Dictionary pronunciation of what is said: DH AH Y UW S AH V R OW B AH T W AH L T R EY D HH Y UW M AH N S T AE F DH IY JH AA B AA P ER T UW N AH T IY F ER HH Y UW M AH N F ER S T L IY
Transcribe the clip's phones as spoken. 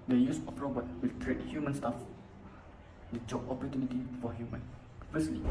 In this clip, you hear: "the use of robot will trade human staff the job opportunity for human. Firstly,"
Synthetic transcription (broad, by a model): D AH Y UW S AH P R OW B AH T W AH L T R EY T HH Y UW M AH N S T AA F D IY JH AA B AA P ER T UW N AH T IY F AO HH Y UW M AH N F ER S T L IY